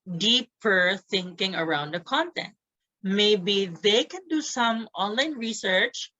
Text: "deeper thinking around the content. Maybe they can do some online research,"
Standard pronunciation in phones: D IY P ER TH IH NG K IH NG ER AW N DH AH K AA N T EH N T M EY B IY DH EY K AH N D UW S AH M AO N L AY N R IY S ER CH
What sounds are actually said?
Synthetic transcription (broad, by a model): D IY P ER TH IH NG K IH NG ER AW N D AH K AA N T EH N T M EY B IY DH EY K AH N D UW S AH M AO N L AY N R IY S ER CH